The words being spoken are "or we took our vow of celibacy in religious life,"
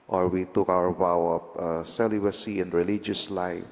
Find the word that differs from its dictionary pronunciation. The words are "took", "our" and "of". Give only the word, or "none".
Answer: of